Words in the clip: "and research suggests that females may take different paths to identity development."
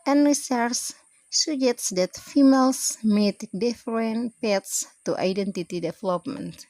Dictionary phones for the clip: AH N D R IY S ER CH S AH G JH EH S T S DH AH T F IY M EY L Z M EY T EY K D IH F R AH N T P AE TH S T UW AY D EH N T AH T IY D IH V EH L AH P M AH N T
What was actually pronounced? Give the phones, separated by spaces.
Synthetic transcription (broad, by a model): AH N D R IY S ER S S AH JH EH T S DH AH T F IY M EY L S M EY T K D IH F R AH N T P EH T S T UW AY D EH N T AH T IY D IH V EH L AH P M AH N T